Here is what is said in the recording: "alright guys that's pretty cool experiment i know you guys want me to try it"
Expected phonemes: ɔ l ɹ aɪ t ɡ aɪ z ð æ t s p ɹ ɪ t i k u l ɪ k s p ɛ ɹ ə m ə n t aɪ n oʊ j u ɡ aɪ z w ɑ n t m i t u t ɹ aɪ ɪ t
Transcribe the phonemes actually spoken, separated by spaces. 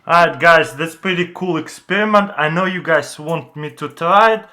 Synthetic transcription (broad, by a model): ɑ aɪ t ɡ aɪ z ð æ t s p ɹ ɪ t i k u l ɪ k s p ɛ ɹ ə m ə n t aɪ n oʊ j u ɡ aɪ z w ɑ n t m i t u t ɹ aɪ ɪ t